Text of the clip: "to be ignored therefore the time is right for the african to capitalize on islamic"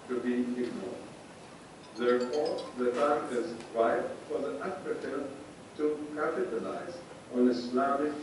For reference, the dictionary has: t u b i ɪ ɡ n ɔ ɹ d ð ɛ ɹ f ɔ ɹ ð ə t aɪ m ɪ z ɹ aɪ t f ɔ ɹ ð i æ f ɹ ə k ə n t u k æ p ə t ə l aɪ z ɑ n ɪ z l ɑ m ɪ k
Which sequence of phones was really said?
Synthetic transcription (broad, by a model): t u b i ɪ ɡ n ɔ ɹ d ð ɛ ɹ f ɔ ɹ ð ə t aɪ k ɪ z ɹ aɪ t f ɔ ɹ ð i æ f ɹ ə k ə l t u k æ p ə t ə l aɪ z ɑ n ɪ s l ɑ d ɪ